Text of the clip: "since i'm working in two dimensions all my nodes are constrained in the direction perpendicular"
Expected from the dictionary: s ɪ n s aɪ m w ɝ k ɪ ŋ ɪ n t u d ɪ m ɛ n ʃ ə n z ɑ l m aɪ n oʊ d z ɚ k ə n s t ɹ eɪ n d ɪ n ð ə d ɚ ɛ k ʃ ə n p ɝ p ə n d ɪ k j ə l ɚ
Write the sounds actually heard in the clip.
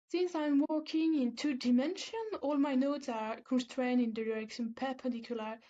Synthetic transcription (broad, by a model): s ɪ n s aɪ m w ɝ k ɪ ŋ ɪ n t u d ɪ m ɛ n ʃ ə n ɑ l m aɪ n oʊ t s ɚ k ə n s t ɹ eɪ n d ɪ n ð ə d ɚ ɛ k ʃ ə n p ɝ p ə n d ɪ k j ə l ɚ